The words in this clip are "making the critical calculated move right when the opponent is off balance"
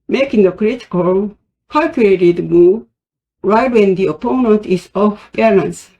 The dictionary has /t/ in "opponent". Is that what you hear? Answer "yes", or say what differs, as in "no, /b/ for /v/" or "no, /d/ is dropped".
yes